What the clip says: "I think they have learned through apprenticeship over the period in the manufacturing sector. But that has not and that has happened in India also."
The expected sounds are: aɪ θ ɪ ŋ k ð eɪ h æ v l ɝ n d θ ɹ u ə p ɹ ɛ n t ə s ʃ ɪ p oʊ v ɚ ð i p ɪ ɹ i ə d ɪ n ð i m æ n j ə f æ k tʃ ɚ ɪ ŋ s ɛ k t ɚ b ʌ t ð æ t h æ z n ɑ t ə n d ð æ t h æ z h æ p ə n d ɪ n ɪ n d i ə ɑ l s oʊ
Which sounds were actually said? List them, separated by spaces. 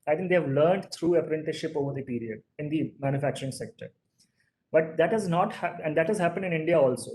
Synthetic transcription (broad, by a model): aɪ t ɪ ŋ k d eɪ h æ v l ɝ n d t ɹ u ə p ɹ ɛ n t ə ʃ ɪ p oʊ v ɚ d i p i ɹ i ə d ɪ n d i m æ n j ə f æ k tʃ ɚ ɪ ŋ s ɛ k t ɚ b ʌ t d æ t h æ z n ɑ t ə n d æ t h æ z h æ p ə n d ɪ n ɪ n d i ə ɑ l s oʊ